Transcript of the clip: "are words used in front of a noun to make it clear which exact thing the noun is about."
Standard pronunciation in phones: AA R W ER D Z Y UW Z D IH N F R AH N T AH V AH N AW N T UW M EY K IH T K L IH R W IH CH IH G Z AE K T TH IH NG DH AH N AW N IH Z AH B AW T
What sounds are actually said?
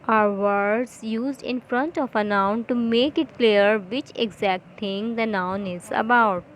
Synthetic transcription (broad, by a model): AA R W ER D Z Y UW Z D IH N F R AH N T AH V AH N AW N T UW M EY K IH T K L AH R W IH CH IH G Z AE K T T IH NG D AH N AW N IH Z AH B AW T